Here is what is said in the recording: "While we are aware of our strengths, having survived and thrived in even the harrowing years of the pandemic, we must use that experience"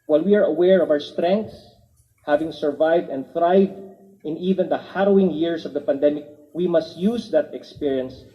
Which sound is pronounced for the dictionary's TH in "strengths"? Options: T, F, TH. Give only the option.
T